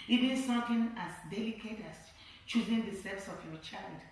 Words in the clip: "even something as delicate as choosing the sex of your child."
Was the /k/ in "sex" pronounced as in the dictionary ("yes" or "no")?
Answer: no